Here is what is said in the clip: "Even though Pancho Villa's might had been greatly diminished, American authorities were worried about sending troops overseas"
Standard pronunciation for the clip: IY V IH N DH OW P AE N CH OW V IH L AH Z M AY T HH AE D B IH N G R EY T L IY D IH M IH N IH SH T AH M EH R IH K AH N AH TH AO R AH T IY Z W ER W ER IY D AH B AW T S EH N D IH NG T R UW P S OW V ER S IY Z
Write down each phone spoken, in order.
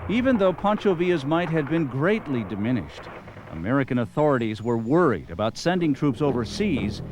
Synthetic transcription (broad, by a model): IY V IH N DH OW P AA N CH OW V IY AH Z M AY T HH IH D B IH N G R EY T L IY D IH M IH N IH SH T AH M EH R IH K AH N AH TH AO R AH T IY Z W ER W ER IY D AH B AW T S EH N D IH NG T R UW P S OW V ER S IY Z